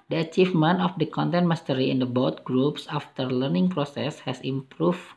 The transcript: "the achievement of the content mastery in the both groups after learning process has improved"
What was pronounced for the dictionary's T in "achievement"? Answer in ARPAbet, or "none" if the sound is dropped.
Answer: none